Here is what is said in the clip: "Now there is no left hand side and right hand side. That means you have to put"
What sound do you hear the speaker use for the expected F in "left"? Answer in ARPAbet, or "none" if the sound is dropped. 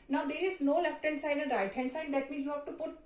F